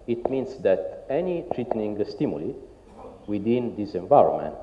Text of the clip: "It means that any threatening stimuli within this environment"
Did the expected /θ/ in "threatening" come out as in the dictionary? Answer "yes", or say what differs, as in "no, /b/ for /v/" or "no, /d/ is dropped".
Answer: no, /t/ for /θ/